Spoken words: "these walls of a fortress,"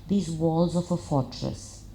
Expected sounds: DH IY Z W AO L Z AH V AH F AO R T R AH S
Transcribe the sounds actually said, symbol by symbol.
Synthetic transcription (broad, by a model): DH IY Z W AO L Z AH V AH F AO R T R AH S